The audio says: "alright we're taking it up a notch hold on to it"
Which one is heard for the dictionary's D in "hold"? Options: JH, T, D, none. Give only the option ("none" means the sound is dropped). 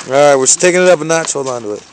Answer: none